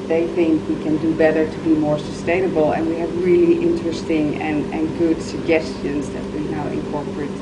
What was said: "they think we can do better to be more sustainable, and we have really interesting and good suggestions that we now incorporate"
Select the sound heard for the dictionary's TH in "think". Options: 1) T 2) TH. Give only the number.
2